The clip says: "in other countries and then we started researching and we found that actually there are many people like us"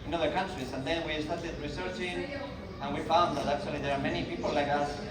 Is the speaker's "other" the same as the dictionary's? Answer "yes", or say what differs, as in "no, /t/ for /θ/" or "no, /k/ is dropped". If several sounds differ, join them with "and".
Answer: yes